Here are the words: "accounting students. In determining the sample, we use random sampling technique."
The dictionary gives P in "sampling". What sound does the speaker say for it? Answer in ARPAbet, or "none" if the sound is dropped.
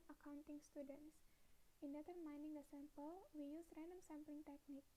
P